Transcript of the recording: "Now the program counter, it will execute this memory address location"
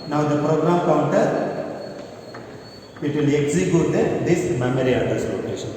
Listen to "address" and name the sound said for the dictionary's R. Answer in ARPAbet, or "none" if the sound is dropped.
none